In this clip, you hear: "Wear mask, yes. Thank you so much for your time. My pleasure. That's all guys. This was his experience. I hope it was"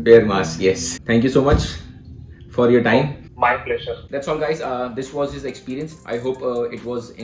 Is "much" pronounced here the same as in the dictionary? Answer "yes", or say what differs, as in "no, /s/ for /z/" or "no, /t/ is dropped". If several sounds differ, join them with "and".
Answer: yes